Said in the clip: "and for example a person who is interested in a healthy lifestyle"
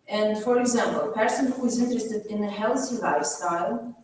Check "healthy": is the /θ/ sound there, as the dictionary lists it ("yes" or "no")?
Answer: no